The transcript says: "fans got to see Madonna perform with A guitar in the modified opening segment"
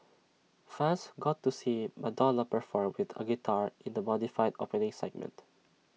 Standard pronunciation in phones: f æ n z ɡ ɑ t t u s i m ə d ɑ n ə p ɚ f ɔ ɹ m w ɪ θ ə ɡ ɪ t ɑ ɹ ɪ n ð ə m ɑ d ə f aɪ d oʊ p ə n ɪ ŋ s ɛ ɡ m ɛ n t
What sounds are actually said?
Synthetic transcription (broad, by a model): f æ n s ɡ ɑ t t u s i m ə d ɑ l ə p ɚ f ɔ ɹ m w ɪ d ə ɡ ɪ t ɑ ɹ ɪ n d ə m ɑ d ə f aɪ d oʊ p ə n ɪ ŋ s ɛ ɡ m ɛ n t